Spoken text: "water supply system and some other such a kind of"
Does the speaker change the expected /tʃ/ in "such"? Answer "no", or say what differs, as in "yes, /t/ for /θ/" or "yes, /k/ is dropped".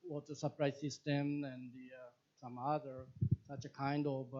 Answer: no